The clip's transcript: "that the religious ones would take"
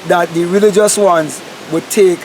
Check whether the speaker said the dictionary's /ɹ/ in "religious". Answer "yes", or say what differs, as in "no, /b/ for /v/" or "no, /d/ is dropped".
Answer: yes